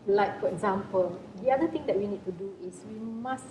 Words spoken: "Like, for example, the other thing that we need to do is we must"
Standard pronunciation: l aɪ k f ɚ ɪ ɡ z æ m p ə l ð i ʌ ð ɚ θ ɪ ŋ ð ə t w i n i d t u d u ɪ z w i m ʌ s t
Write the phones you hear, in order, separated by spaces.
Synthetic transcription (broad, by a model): l aɪ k f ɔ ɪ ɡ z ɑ m p ə l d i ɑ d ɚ t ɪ ŋ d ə t w i n i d t u d u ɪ s w i m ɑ s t